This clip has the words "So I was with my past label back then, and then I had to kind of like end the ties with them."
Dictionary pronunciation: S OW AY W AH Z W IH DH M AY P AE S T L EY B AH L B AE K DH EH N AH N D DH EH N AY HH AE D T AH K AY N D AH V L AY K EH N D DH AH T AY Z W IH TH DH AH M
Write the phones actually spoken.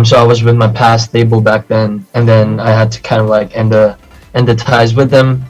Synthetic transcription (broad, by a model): S OW AY W AH Z W IH DH M AY P AE S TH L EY B L B AE K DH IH N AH N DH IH N AY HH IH D T AH K AY N D AH V L AY K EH N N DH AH T AY Z W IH DH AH M